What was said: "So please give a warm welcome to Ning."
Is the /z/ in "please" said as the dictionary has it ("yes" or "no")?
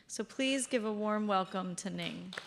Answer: yes